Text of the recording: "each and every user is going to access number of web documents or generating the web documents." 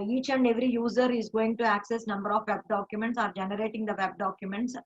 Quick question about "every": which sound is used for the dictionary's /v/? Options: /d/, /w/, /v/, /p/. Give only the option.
/v/